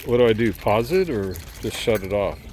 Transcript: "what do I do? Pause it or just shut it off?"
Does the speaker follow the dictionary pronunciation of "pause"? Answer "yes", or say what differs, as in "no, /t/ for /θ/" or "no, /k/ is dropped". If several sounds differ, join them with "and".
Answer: yes